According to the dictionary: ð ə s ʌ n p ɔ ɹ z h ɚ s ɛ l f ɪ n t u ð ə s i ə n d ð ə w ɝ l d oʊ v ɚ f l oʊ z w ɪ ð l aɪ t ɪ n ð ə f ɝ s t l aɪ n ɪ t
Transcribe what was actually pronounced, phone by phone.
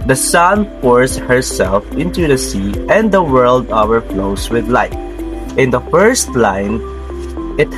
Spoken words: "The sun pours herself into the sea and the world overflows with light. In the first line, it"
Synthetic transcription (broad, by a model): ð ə s ʌ n f ɔ ɹ s h ɚ s ɛ l f ɪ n t u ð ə s i ə n d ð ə w ɝ l d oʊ w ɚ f l oʊ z w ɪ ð l aɪ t ɪ n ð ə f ɝ s t l aɪ n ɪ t